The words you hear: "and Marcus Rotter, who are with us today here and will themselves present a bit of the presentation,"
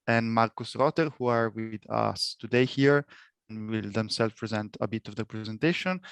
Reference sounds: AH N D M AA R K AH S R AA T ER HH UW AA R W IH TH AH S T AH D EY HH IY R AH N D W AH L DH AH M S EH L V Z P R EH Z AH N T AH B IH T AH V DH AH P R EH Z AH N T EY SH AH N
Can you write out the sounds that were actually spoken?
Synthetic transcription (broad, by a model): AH N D M AA R K AH S R AA T ER HH UW AA R W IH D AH S T AH D EY HH IY R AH N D W AH L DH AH M S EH L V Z P R EH Z AH N T AH B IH T AH V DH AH P R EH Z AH N T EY SH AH N